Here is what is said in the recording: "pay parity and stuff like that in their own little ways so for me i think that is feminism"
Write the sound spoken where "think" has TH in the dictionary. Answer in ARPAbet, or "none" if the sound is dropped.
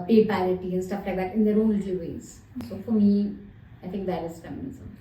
T